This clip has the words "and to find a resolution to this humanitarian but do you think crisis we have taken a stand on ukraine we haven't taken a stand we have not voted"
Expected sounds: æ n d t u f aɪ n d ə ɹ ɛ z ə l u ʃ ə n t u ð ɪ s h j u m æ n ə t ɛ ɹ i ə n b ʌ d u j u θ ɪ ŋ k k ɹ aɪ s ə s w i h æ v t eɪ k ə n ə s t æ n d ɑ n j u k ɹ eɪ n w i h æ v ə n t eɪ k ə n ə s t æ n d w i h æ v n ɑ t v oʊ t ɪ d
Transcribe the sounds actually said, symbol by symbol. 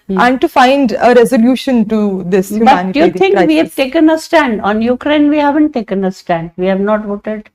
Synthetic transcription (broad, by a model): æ n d t u f aɪ n d ə ɹ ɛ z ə l u ʃ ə n t u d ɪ s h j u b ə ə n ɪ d j u t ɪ ŋ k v i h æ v t eɪ k ə n ə s t æ n d ɑ n j u k ɹ eɪ n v i h æ v ə n t eɪ k ə n ə s t æ n d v i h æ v n ɑ t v oʊ t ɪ d